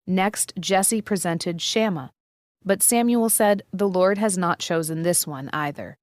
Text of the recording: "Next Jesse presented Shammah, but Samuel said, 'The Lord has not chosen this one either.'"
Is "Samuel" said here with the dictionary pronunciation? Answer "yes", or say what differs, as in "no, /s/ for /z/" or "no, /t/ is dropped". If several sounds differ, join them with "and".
yes